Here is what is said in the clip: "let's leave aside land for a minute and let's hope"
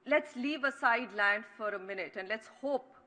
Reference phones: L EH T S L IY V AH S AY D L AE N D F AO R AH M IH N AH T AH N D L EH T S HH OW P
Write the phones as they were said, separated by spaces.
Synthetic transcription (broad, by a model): L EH T S L IY V AH S AY D L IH N F AO R AH M IH N AH T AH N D L EH T S HH OW P